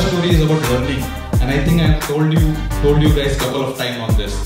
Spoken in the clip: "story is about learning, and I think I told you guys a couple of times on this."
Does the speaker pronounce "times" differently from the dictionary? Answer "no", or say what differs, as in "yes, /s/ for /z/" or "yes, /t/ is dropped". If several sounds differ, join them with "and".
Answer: yes, /z/ is dropped